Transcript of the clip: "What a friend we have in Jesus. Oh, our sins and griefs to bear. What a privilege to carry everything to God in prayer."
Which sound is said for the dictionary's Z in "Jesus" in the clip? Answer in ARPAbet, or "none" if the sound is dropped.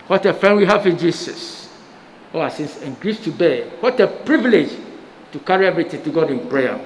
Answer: S